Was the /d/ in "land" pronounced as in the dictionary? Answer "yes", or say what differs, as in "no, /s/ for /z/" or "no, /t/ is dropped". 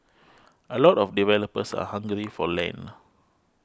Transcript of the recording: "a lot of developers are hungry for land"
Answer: no, /d/ is dropped